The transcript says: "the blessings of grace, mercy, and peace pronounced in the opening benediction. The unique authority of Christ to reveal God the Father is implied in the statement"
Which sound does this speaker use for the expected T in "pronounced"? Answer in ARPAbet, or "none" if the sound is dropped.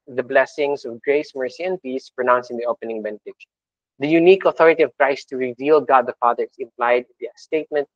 none